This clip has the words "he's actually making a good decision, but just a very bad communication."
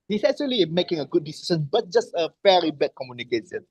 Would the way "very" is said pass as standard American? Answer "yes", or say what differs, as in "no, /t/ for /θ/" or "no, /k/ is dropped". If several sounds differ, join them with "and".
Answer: no, /f/ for /v/